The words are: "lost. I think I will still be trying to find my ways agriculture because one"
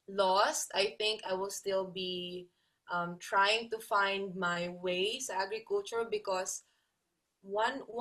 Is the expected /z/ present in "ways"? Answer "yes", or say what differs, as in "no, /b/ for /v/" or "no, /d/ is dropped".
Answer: no, /s/ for /z/